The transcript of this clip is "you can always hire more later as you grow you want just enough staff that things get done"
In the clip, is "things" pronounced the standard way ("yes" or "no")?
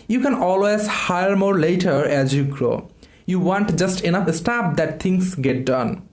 no